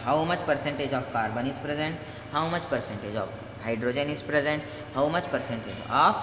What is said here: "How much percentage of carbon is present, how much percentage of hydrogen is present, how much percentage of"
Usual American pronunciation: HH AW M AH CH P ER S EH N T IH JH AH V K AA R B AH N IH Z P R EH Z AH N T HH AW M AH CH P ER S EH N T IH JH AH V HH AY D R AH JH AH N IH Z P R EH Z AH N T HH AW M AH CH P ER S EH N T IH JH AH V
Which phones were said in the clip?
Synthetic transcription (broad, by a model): HH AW M AH CH P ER S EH N T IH JH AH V K AA R B AH N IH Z P R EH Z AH N T HH AW M AH CH P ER S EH N T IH JH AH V HH AY D R AH JH AH N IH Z P R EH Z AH N T HH AW M AH CH P ER S EH N T IH JH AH